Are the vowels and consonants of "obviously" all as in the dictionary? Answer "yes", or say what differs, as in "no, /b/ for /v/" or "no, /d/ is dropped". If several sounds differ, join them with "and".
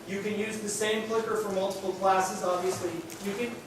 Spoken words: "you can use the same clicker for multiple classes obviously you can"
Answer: yes